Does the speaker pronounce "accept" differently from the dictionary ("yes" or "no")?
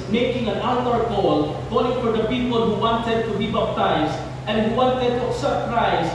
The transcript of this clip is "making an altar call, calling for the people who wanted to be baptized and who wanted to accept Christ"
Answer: yes